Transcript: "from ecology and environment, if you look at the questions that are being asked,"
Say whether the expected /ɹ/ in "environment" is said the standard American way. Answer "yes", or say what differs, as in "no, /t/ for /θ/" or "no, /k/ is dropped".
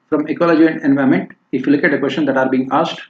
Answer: no, /ɹ/ is dropped